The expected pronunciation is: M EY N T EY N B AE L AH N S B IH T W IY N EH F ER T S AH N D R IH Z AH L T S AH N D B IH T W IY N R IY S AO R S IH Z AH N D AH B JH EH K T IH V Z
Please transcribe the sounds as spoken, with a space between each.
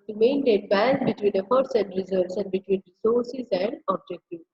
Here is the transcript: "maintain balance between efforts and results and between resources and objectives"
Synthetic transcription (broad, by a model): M EY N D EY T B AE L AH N B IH T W IY N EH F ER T S AH N D R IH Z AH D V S AH N D B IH T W IY N R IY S AO R S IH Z AH N D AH B JH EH K T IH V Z